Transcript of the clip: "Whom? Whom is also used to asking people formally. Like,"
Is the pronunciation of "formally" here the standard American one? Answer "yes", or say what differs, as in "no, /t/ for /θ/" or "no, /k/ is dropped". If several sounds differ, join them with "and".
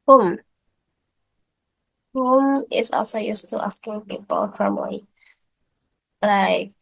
no, /l/ is dropped